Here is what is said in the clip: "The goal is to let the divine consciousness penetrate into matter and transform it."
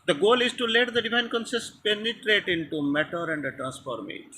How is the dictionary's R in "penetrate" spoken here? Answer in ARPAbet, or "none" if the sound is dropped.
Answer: R